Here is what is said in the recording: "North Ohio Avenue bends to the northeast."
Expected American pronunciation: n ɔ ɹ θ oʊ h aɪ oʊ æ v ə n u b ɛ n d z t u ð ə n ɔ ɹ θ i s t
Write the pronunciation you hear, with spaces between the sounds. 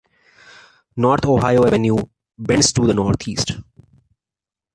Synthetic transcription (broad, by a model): n ɔ ɹ t oʊ h aɪ oʊ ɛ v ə n u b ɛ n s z t u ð ə n ɔ ɹ t i s t